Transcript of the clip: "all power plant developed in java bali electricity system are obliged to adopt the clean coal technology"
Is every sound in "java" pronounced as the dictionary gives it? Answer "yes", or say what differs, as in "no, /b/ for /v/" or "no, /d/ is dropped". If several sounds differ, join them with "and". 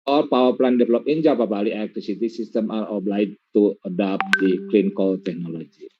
no, /p/ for /v/